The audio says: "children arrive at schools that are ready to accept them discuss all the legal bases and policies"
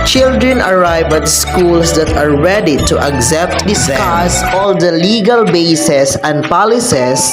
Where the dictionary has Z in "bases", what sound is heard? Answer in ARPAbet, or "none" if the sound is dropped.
S